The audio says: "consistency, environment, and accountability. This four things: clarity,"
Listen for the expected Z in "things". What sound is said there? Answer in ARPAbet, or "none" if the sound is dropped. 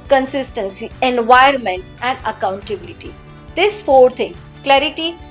none